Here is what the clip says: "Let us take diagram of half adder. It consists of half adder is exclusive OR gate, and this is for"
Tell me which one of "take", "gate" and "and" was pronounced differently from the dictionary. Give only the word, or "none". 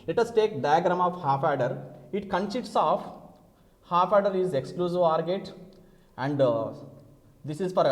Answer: none